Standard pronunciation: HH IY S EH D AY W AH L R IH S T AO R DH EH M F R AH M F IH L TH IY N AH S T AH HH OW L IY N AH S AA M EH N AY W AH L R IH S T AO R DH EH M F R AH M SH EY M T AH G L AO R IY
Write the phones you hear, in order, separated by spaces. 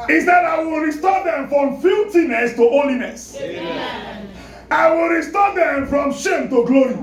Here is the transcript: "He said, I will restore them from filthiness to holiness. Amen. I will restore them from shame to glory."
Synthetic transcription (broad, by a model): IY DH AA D AY W AH L R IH S T AO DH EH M F R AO M F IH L T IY N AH S T AH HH OW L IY N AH S AA IH W AH L R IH S T AO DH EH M F R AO M SH EY M T AH G L AO R IY